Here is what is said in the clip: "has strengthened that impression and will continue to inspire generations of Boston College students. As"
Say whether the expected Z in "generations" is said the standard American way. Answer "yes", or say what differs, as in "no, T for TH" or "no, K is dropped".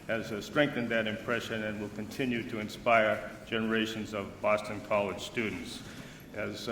yes